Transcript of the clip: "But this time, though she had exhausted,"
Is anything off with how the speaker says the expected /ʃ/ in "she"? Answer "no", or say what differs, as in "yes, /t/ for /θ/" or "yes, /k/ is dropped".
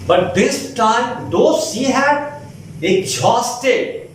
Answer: yes, /s/ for /ʃ/